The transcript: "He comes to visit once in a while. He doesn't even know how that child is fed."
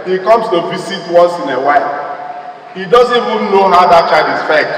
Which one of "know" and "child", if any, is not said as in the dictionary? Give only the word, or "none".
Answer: child